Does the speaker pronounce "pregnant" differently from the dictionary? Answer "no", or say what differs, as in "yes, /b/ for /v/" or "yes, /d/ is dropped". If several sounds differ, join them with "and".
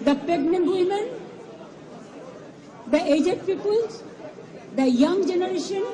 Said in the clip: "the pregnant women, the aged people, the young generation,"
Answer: yes, /ɹ/ is dropped